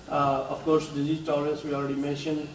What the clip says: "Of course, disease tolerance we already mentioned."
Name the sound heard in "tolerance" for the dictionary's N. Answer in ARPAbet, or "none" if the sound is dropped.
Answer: none